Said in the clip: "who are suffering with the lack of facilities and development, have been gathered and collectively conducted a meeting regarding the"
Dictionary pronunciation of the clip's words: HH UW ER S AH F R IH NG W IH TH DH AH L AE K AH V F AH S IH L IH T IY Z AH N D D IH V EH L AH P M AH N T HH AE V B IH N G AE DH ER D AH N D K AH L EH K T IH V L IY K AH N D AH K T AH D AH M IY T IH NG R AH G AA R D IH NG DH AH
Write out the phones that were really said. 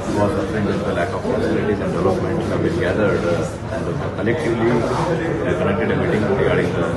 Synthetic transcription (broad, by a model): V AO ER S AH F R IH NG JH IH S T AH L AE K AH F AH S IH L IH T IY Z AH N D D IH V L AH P M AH N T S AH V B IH L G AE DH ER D AH N D K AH L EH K T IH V L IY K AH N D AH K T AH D AH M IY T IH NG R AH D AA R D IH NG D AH